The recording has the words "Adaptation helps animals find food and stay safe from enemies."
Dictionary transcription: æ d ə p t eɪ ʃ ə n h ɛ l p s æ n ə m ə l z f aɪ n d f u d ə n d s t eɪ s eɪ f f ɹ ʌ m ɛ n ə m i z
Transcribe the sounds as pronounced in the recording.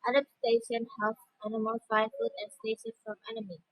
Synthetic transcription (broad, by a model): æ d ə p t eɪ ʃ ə n h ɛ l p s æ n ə m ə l f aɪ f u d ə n s t eɪ ʃ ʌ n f ɹ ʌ m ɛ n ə m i